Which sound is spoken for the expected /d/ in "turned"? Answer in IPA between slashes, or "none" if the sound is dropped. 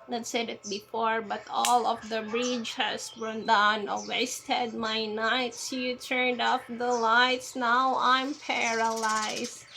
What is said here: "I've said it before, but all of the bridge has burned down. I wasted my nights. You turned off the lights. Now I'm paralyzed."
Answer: /d/